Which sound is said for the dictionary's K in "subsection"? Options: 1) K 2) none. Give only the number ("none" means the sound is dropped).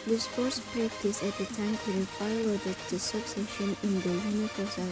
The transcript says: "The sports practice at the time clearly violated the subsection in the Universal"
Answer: 2